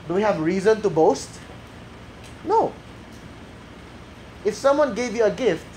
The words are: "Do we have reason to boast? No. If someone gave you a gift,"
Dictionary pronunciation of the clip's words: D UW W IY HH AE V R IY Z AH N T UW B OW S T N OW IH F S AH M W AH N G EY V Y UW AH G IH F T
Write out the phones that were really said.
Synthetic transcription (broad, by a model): D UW W IY HH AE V R IY Z AH N T UW B OW S T N OW IH F S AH M W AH N G EY V Y UW AH G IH F T